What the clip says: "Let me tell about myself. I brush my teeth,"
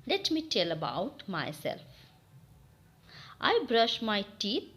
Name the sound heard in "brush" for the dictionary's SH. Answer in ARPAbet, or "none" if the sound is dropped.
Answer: SH